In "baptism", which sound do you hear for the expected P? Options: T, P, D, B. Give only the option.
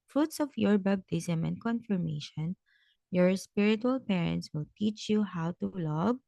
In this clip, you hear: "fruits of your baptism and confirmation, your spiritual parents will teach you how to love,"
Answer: B